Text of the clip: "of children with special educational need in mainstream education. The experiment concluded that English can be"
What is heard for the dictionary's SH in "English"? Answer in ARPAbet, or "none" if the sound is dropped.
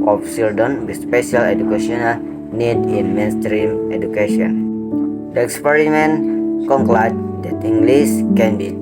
S